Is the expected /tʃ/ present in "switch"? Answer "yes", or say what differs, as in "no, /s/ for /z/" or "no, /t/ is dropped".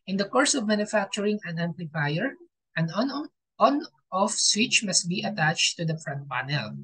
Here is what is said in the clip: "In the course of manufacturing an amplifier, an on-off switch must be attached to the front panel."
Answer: yes